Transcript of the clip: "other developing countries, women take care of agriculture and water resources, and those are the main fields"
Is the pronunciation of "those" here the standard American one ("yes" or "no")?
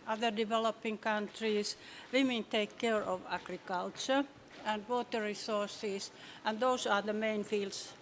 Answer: no